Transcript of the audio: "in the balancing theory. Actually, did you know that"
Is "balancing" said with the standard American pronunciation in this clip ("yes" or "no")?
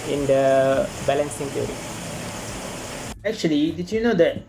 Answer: yes